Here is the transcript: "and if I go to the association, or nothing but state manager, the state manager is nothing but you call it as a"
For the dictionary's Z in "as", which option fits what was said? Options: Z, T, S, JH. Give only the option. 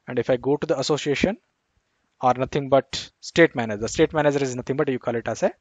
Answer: S